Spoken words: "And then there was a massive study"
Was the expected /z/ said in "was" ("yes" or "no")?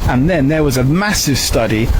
yes